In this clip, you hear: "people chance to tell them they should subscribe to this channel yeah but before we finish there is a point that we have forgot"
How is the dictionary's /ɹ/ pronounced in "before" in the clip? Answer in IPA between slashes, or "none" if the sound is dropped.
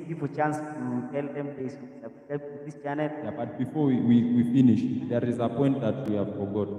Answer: /w/